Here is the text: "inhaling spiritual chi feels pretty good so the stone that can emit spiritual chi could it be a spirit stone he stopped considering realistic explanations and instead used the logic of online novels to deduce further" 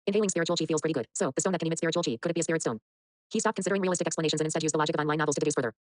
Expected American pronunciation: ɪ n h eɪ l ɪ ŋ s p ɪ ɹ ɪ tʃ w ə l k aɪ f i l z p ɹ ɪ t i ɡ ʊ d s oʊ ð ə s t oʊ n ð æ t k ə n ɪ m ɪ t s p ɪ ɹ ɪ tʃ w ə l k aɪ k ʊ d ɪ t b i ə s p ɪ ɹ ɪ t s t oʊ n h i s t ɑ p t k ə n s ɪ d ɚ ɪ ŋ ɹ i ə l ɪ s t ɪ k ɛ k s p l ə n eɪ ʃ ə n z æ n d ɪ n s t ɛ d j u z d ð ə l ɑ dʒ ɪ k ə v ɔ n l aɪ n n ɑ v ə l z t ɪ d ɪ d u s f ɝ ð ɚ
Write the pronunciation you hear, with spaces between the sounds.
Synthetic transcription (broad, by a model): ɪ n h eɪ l ɪ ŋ s p ɪ ɹ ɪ tʃ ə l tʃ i f i l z p ɹ ɪ t i ɡ ʊ d s oʊ ð ə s oʊ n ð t k ə n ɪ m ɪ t s p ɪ ɹ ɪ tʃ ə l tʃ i k ʊ d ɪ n b i ə s p ɪ ɹ ɪ t s t oʊ n h i s t ɑ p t k ə n s ɪ d ɚ ɪ ŋ ɹ i ə l ɪ s t ɪ k ɛ k s p l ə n eɪ ʃ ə n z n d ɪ n s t ɛ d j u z ð ə l ɑ dʒ ɪ k ə v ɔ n aɪ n n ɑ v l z t ɪ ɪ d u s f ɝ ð ɚ